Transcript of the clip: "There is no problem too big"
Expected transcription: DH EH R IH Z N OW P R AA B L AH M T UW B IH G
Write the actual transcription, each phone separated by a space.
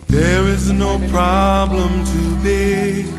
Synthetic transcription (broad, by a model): DH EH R IH Z N OW P R AA B L AH M T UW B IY